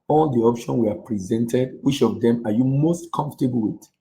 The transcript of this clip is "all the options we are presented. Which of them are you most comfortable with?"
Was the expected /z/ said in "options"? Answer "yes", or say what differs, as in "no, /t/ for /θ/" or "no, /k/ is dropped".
no, /z/ is dropped